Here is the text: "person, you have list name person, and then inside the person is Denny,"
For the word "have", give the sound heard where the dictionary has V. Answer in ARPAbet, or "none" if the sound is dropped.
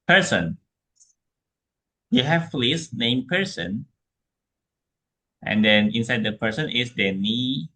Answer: F